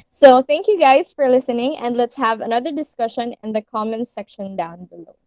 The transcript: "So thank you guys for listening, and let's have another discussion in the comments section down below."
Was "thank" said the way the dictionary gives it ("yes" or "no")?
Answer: yes